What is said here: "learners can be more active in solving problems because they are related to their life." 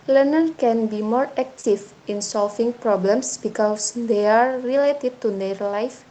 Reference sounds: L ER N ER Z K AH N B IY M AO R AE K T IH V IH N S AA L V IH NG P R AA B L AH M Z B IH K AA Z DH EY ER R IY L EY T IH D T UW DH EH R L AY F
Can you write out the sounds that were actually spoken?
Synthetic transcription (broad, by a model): L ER N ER K AH N B IY M AO R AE K T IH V IH N S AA L F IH NG P R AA B L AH M S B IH K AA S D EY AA R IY L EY T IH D T UW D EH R L AY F